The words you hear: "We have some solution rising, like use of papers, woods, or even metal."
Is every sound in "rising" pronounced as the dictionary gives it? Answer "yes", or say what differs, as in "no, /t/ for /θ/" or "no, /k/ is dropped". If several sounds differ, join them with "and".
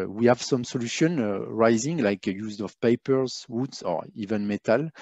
yes